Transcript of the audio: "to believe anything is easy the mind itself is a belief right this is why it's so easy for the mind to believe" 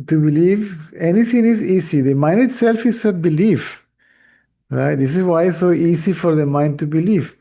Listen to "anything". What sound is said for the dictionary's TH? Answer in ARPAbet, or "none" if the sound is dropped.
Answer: T